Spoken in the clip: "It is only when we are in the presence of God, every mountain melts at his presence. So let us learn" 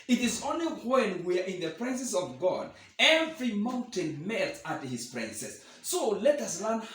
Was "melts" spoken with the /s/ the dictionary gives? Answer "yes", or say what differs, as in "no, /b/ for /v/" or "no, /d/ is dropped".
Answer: no, /s/ is dropped